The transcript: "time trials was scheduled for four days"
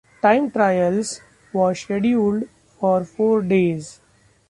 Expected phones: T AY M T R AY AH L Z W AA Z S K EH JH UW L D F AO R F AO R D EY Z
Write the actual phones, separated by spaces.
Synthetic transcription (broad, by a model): T AY M T R AY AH L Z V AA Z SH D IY UW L D F AO R F AO R D EY Z